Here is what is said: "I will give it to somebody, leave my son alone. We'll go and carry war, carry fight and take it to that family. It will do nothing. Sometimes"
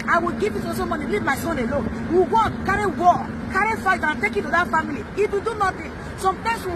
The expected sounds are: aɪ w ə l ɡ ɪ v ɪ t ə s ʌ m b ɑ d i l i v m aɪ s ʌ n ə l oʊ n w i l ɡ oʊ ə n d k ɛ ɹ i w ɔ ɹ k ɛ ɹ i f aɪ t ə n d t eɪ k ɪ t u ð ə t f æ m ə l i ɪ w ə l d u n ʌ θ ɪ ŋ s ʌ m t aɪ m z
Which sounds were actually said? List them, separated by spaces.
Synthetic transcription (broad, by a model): aɪ w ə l ɡ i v ɪ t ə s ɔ m ɑ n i l i v m aɪ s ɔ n ə l oʊ n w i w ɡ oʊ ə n k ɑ ɹ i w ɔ k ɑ ɹ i f aɪ t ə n t eɪ k ɪ t u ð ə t f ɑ m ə l i ɪ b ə d u n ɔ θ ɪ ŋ s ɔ m t aɪ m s